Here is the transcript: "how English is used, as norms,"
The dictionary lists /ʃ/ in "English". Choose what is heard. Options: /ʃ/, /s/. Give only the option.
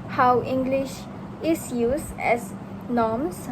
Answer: /ʃ/